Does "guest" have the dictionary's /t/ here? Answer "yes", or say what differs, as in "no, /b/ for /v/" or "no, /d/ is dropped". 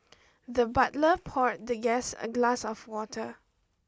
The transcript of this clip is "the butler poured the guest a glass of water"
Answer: no, /t/ is dropped